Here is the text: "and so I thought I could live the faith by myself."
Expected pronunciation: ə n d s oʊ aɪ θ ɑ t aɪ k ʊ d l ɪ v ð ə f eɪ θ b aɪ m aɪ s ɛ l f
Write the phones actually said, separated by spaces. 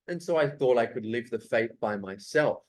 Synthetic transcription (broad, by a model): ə n s oʊ aɪ θ ɑ t aɪ k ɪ d l ɪ v ð ə f eɪ θ b aɪ m aɪ s ɛ l f